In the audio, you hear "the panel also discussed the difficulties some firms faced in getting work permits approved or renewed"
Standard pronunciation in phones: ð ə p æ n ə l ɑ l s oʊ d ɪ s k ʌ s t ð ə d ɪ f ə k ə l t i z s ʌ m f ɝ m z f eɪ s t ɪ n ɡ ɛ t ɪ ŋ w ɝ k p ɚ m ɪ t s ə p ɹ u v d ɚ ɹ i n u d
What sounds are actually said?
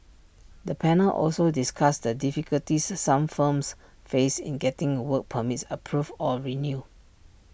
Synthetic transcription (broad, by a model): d ə p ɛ n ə l ɑ l s oʊ d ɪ s k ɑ s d ə d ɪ f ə k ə l t i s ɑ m f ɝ m s f eɪ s ɪ n ɡ ɛ t ɪ ŋ w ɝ k p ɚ m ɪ t s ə p ɹ u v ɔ ɹ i n u